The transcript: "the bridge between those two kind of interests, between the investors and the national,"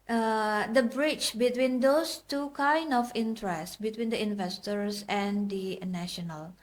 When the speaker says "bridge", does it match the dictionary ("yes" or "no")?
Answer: no